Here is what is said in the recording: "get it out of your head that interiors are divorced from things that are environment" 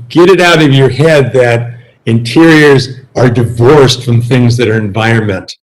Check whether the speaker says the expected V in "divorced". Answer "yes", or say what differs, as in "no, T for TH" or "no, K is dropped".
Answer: yes